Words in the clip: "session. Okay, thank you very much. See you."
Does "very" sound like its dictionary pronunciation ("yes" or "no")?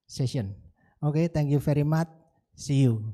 no